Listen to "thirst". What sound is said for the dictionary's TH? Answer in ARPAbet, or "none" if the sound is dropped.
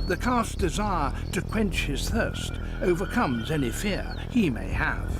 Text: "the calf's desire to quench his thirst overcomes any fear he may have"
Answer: TH